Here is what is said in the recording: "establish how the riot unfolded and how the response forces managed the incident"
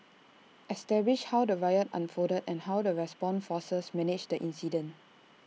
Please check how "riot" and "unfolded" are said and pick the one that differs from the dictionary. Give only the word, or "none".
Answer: unfolded